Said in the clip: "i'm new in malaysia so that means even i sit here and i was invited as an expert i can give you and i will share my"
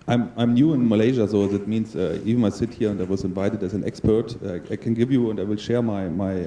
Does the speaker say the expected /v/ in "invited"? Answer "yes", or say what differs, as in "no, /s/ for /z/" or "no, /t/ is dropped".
yes